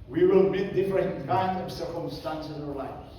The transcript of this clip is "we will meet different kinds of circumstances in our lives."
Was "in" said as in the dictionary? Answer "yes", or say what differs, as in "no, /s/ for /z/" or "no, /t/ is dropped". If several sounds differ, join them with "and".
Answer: no, /l/ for /n/